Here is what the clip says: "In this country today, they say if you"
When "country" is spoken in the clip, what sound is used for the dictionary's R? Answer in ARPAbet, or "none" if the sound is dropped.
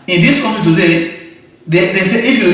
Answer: none